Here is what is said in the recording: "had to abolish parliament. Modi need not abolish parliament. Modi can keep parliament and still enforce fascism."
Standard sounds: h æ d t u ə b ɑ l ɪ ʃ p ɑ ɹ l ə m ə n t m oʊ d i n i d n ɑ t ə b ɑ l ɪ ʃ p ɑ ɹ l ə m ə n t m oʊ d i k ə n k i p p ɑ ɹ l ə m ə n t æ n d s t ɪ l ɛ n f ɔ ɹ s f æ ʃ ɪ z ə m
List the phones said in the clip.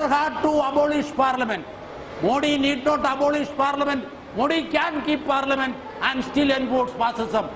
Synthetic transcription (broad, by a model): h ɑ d t u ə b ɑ l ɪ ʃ p ɑ ɹ l ə m ə n t m oʊ d i n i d n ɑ t ə b ɑ l ɪ ʃ p ɑ ɹ l ə m ə n t m oʊ d i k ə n k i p p ɑ ɹ l ə m ə n t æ n d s t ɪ l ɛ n p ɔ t s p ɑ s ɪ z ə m